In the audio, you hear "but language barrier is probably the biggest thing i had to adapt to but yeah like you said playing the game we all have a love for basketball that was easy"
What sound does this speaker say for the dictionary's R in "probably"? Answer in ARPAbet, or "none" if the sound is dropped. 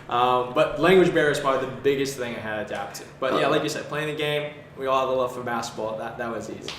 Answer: none